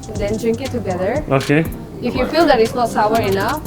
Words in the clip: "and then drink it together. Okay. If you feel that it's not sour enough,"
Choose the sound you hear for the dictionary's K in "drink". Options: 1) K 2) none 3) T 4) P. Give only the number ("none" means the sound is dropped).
1